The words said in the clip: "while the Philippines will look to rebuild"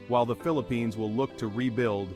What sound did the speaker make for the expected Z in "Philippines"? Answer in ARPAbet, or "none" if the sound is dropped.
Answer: Z